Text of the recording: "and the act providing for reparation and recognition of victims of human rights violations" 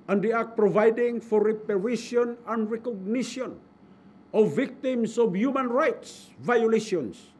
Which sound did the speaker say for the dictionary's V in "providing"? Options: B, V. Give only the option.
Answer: V